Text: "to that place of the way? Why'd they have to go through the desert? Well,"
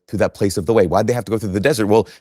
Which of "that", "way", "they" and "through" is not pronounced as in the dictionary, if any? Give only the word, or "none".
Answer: none